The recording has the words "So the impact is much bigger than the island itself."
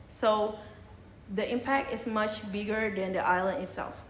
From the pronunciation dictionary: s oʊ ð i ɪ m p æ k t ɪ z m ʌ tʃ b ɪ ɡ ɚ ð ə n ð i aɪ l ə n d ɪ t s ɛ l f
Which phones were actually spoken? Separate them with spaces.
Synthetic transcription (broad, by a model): s oʊ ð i ɪ m p æ k t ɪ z m ʌ tʃ b ɪ ɡ ɚ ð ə n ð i aɪ l ə n d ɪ t s ɛ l f